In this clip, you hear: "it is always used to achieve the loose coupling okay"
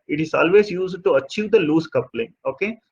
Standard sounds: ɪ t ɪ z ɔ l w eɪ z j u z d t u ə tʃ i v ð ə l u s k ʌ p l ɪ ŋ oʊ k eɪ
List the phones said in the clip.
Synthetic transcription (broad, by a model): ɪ t ɪ z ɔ l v eɪ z j u z d t u ə tʃ i v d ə l u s k ʌ p l ɪ ŋ oʊ k eɪ